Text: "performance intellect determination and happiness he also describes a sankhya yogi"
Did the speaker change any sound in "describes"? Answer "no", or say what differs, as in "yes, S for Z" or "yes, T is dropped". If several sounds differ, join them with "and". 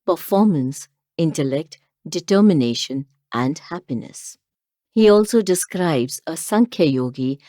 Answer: no